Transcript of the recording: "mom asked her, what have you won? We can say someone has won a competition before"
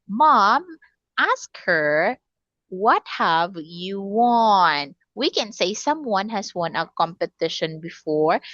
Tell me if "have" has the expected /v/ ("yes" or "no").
yes